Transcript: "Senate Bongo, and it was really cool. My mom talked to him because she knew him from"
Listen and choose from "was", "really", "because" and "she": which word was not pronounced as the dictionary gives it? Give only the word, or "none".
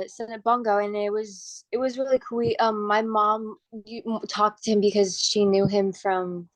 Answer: none